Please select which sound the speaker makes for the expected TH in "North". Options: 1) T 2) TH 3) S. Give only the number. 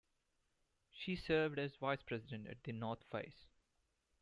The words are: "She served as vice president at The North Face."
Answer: 1